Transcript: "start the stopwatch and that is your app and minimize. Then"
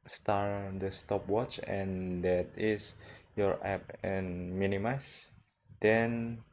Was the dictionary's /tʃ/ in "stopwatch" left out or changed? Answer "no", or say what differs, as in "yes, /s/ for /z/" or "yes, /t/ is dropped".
no